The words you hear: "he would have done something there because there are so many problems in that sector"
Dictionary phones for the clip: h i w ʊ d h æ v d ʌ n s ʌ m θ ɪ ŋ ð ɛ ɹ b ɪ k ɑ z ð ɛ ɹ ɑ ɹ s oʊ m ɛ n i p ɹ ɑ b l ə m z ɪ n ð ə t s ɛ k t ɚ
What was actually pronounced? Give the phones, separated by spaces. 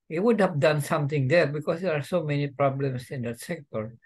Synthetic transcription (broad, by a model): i w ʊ d h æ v d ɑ n s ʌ m t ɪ ŋ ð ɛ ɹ b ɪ k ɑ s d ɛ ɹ ɑ ɹ s oʊ m ɛ n i p ɹ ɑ b l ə m s ɪ n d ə t s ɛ k t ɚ